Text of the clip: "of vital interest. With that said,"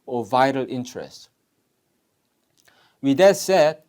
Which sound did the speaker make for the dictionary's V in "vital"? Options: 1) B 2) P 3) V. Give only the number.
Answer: 3